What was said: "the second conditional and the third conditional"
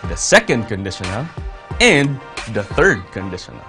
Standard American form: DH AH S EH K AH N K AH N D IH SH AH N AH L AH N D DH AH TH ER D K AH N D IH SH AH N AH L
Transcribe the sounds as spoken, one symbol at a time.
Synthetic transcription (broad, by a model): DH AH S EH K AH N K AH N D IH SH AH N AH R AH N DH AH TH ER D K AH N D IH SH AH N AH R